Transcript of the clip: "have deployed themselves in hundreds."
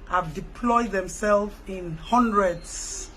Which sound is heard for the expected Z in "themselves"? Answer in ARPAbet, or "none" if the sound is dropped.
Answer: none